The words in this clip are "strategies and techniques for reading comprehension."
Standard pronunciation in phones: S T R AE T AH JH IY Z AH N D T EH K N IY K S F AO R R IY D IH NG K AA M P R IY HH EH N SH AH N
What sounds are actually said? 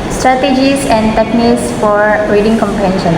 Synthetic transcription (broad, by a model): S T R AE T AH JH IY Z AH N D T EH K N IY K S F AO R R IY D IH NG K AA M P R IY HH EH N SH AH N